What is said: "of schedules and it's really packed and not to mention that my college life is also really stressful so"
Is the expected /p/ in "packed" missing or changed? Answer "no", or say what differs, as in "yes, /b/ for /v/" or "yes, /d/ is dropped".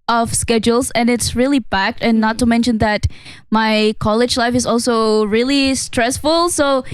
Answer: yes, /b/ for /p/